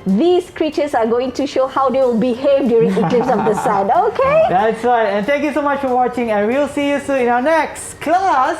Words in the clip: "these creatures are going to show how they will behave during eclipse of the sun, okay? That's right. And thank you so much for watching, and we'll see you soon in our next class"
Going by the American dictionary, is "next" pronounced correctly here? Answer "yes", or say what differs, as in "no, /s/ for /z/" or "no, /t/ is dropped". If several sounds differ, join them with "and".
yes